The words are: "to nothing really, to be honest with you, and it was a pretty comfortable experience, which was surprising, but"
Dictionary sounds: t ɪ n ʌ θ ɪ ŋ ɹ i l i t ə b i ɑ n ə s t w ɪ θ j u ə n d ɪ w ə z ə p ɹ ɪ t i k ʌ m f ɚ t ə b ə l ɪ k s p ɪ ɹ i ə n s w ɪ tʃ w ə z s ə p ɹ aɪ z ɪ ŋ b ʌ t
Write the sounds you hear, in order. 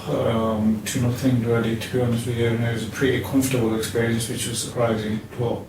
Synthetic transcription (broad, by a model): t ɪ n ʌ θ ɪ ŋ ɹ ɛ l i t ə b i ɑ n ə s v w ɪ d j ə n ɪ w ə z ə p ɹ ɪ t i k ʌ m f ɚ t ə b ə l ɪ k s p ɪ ɹ i ə n s w ɪ tʃ w ə z s ə p ɹ aɪ z ɪ ŋ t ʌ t